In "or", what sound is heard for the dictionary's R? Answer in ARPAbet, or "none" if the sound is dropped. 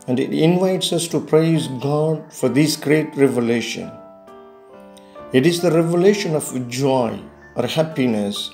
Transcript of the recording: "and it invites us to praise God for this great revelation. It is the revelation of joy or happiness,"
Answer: R